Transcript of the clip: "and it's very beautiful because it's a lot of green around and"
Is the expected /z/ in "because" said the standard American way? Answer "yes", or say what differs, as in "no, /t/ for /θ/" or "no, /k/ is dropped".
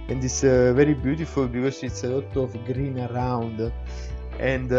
no, /s/ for /z/